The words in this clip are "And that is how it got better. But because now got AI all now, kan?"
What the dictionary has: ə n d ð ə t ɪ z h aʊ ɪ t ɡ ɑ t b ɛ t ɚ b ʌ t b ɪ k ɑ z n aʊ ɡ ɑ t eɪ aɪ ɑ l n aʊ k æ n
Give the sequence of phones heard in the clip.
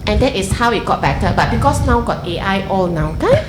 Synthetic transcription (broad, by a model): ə n d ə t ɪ s h aʊ ɪ t ɡ ɑ t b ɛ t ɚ b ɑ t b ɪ k ɑ s n aʊ ɡ ɑ t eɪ aɪ ɑ l n aʊ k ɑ